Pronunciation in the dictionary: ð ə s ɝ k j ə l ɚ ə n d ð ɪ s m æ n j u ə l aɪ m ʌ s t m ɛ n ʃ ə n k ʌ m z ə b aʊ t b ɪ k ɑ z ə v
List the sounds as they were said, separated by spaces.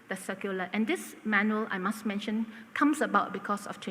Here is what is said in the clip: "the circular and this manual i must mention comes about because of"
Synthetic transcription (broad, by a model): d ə s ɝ k j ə l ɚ ə n d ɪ s m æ n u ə l aɪ m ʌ s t m ɛ n ʃ ə n k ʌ m s ə b aʊ t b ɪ k ɑ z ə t